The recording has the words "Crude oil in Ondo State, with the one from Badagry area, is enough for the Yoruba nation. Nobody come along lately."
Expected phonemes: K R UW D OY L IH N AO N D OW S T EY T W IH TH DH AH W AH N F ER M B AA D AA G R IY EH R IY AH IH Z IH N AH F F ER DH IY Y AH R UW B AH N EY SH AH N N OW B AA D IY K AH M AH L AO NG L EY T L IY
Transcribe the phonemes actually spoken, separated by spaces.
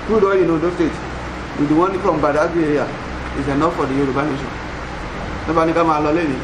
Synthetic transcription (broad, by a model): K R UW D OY IH N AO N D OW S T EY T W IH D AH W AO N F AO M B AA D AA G IY EH R IY AH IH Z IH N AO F F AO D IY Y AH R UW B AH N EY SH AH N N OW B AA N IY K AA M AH L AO L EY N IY